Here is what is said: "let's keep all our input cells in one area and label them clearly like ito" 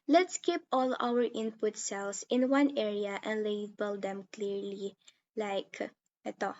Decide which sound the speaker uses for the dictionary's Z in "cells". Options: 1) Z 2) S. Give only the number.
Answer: 2